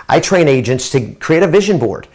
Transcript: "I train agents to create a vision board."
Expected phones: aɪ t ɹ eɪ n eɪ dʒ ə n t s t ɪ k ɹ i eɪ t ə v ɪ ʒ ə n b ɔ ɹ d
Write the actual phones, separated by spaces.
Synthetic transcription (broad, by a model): aɪ t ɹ eɪ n eɪ dʒ ə n t s t ɪ k ɹ i eɪ t ə v ɪ ʒ ə n b ɔ ɹ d